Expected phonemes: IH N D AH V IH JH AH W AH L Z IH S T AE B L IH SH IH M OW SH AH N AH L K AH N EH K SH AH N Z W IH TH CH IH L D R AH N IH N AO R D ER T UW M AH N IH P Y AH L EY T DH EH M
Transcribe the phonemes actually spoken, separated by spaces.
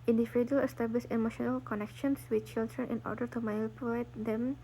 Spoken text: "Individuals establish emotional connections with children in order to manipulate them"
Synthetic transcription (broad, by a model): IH N D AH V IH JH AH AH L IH S T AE B L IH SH IH M OW SH AH N AH L K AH N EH K SH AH N S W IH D CH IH L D R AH N IH N AO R D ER T UW M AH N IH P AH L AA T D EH M